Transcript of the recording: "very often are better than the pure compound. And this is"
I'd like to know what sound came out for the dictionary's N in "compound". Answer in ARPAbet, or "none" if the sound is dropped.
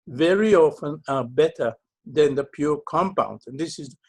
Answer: N